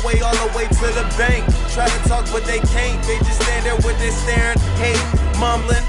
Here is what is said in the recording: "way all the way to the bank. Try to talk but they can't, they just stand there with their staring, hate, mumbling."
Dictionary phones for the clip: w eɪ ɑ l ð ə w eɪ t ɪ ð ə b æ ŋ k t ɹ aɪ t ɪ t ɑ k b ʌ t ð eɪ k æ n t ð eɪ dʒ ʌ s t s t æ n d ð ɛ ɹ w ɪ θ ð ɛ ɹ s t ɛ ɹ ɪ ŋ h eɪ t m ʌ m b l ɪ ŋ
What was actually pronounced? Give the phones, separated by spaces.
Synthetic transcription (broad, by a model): w eɪ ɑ n ð ə w eɪ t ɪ ð ə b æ ŋ k t ɹ aɪ t ɪ t ɑ k b ʌ t ð eɪ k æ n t ð eɪ dʒ ʌ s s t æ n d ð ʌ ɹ w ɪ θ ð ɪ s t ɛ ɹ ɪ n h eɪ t m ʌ m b l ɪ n